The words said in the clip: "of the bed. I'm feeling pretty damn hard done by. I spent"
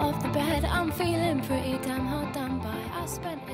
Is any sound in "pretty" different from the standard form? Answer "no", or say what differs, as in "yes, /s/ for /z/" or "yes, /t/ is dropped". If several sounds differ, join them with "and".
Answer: yes, /f/ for /p/